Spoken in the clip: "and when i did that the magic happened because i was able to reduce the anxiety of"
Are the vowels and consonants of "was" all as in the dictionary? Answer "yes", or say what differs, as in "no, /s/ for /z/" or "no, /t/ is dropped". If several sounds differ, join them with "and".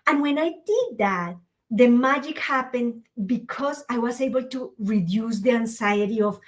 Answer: no, /s/ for /z/